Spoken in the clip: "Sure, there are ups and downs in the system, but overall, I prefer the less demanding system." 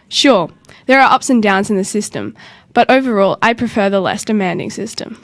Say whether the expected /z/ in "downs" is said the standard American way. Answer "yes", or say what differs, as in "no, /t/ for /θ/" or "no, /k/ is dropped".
yes